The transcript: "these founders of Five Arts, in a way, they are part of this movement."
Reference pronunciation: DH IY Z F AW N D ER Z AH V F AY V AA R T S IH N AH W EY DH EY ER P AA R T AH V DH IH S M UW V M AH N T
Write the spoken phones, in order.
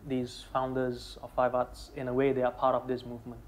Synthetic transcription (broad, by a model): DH IY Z F AW N D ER Z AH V F AY V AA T S IH N AH W EY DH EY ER P AA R T AH V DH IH S M UW V M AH N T